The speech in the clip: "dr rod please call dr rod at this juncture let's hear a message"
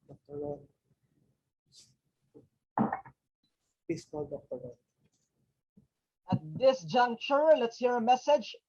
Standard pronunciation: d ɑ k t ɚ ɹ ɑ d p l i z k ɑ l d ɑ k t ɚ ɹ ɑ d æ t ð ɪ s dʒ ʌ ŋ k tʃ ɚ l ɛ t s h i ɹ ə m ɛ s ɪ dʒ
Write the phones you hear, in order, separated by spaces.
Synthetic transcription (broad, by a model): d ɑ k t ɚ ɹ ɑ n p i s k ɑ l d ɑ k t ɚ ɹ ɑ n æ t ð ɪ s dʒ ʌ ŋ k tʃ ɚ l ɛ t s h i ɹ ə m ɛ s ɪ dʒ